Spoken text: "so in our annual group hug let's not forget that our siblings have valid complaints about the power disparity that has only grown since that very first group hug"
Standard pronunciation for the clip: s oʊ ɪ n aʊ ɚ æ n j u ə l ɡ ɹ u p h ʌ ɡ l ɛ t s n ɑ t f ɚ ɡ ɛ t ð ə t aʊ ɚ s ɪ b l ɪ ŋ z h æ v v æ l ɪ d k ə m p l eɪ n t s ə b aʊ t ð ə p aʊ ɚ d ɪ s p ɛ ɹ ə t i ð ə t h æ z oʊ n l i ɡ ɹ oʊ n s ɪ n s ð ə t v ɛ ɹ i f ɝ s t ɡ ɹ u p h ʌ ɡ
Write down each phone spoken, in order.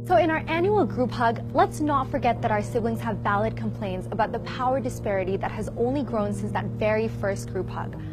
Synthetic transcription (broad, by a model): s oʊ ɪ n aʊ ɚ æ n j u l ɡ ɹ u p h ʌ ɡ l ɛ t s n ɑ t f ɚ ɡ ɛ t ð ə t aʊ ɚ s ɪ b l ɪ ŋ z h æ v v æ l ɪ d k ə m p l eɪ n t s ə b aʊ t ð ə p aʊ ɚ d ɪ s p ɛ ɹ ə t i ð ə t h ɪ z oʊ n l i ɡ ɹ oʊ n s ɪ n s ð ə t v ɛ ɹ i f ɝ s t ɡ ɹ u p h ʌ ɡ